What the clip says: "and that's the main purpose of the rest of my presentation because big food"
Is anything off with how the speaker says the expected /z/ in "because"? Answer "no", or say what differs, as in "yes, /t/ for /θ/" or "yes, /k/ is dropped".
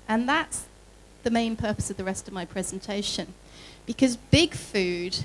no